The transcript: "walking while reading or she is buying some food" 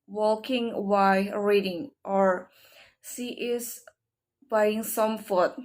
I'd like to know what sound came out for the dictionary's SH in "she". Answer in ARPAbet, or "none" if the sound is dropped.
S